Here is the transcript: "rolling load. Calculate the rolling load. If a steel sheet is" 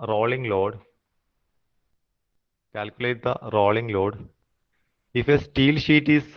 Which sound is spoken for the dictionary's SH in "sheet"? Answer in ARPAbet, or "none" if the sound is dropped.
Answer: SH